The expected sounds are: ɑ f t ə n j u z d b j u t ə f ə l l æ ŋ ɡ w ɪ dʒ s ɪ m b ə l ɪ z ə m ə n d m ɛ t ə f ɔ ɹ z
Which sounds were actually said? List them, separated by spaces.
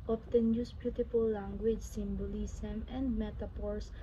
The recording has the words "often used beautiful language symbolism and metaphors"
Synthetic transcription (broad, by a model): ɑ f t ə n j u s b j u t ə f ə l l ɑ ŋ ɡ w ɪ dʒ s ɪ m b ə l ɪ s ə m ə n d m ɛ t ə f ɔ ɹ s